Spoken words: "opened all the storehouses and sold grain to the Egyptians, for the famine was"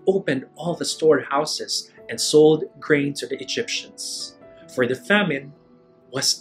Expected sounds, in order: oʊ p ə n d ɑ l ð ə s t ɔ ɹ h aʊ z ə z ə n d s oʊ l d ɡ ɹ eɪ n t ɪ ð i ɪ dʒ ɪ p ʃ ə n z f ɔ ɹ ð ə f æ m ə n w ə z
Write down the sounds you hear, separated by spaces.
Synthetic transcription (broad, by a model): oʊ p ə n d ɑ l ð ə s t ɔ ɹ h aʊ s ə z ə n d s oʊ l d ɡ ɹ eɪ n t ɪ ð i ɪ dʒ ɪ p ʃ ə n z f ɔ ɹ ð ə f æ m ə n w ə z